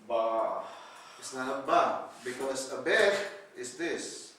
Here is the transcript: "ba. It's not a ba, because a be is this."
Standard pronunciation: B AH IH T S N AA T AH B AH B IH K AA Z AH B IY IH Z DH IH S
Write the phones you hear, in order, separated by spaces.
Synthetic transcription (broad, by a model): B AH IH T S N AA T AH B AH B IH K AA S AH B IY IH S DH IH S